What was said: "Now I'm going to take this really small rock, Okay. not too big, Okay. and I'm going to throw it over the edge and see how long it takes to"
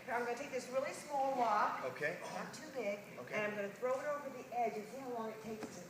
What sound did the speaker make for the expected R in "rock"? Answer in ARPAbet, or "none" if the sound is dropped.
W